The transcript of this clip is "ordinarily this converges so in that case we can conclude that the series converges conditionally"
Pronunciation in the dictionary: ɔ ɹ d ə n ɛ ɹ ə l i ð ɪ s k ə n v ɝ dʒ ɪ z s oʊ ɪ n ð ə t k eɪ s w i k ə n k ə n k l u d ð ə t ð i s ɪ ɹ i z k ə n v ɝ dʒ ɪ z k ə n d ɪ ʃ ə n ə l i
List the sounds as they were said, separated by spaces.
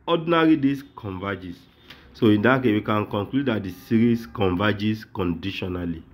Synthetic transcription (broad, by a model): ɔ d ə n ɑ ɹ i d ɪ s k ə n v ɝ dʒ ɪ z s oʊ ɪ n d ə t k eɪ w i k ə n k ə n k l u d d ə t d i s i ɹ i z k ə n v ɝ dʒ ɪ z k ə n d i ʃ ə n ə l i